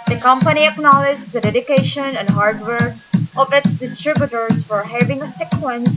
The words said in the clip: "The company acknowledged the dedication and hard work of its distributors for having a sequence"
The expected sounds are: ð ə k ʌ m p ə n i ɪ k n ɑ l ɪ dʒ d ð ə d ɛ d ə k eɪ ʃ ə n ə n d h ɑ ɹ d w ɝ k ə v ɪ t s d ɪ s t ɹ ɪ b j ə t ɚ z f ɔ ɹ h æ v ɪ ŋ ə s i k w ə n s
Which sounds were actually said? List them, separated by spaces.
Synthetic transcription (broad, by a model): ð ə k ʌ m p ə n i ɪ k n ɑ l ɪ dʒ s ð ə d ɛ d ə k eɪ ʃ ə n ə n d h ɑ ɹ d w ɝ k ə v ɪ t s d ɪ s t ɹ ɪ b j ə t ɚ s f ɔ ɹ h æ v ɪ ŋ ə s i k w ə n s